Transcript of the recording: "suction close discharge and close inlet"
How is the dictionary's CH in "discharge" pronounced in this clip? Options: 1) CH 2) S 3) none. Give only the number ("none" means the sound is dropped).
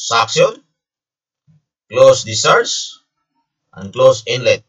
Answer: 3